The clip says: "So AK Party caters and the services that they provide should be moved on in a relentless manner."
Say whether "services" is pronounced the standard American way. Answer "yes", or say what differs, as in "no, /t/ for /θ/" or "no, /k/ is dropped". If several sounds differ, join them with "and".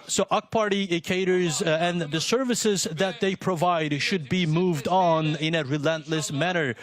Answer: yes